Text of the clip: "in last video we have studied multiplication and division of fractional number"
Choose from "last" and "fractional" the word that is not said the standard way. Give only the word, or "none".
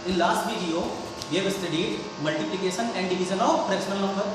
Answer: fractional